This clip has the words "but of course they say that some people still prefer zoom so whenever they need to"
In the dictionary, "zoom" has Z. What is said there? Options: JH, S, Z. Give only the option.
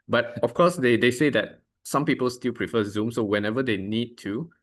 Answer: Z